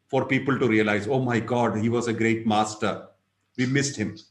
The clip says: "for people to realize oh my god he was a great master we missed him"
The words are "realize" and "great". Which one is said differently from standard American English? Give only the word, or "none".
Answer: none